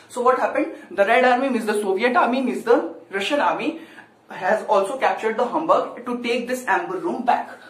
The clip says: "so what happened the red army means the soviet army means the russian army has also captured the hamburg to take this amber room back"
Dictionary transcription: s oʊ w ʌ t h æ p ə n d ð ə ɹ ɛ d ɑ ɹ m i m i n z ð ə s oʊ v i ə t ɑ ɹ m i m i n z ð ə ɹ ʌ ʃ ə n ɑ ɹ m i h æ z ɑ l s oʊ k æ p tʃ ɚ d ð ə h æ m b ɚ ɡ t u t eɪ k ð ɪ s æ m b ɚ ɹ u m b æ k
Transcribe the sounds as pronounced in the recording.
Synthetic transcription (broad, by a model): s oʊ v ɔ t h æ p ə n d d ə ɹ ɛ d ɑ ɹ m i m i z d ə s oʊ v i ə t ɑ ɹ m i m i z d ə ɹ ʌ ʃ ə n ɑ ɹ m i h æ z ɑ l s oʊ k æ p tʃ ɚ d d ə h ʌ m b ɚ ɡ t u t eɪ k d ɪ s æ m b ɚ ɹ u m b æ k